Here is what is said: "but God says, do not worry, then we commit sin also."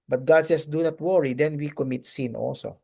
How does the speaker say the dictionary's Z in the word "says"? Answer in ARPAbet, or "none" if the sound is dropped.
S